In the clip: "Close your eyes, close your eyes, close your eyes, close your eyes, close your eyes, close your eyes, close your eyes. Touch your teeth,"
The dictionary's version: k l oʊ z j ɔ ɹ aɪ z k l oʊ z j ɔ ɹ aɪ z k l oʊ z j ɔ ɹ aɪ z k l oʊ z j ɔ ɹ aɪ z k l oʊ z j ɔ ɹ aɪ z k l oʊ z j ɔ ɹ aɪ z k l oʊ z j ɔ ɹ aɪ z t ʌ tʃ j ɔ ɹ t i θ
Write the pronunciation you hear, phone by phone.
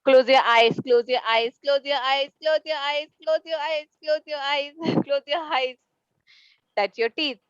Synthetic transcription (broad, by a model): k l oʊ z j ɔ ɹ aɪ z k l oʊ z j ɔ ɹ aɪ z k l oʊ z j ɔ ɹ aɪ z k l oʊ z j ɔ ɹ aɪ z k l oʊ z j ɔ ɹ aɪ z k l oʊ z j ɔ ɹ aɪ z k l oʊ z j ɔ aɪ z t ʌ s j ɔ ɹ t i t